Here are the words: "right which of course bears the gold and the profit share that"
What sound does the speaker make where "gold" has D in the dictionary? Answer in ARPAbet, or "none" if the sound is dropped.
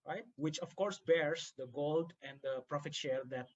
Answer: D